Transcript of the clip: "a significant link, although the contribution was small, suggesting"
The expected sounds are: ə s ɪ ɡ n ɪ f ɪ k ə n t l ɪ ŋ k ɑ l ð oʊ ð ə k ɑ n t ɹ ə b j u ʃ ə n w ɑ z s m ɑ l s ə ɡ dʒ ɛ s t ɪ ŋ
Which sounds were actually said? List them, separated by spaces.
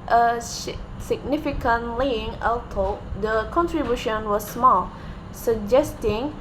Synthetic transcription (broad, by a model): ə s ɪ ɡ n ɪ f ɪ k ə n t l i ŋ ɑ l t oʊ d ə k ɑ n t ɹ ə b j u ʃ ə n w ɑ s m ɑ l s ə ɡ dʒ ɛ s t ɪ ŋ